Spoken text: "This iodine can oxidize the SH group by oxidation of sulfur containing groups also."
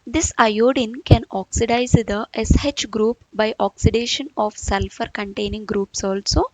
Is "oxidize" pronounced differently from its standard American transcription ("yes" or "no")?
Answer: no